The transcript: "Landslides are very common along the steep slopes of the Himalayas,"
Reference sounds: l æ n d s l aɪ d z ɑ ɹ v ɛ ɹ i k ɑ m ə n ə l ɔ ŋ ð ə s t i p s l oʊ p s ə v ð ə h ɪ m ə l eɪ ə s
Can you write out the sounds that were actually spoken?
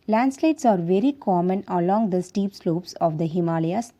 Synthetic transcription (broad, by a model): l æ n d s l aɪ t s ɑ ɹ v ɛ ɹ i k ɑ m ə n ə l ɔ ŋ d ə s t i p s l oʊ p s ə v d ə h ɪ m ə l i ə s